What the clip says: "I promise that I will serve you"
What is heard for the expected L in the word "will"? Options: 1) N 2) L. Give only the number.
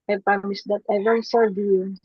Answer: 1